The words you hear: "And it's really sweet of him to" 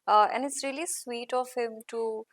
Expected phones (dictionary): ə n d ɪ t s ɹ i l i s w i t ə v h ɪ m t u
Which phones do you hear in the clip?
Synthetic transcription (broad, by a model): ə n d ɪ t s ɹ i l i s w i t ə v h ɪ m t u